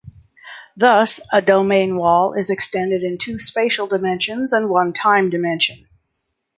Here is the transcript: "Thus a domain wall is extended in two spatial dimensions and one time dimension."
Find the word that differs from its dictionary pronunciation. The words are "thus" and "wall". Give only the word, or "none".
none